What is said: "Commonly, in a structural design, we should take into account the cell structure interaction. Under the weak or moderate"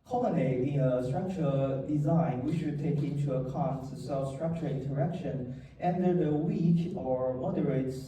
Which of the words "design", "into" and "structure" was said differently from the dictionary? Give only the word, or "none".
none